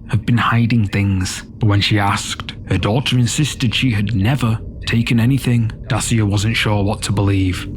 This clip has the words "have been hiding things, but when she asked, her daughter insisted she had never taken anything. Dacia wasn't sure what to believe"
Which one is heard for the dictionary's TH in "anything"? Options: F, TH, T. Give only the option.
TH